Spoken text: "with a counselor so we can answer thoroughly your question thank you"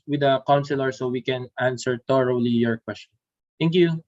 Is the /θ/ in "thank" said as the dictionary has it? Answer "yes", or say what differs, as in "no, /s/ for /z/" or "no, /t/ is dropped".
no, /t/ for /θ/